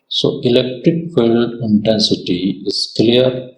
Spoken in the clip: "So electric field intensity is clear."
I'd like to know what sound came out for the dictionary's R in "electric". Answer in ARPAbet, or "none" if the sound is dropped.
R